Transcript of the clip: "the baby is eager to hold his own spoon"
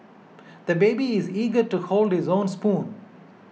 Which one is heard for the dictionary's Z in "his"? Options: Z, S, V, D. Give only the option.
Z